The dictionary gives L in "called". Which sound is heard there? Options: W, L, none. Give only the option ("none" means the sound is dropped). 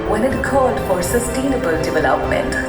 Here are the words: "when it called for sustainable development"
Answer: none